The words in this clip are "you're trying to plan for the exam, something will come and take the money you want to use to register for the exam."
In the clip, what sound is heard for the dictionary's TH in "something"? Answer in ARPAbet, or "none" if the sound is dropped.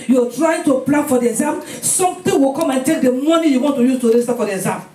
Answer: T